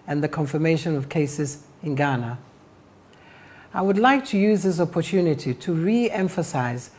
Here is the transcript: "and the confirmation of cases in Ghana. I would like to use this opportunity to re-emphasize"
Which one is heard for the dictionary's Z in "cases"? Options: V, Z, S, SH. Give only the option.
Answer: Z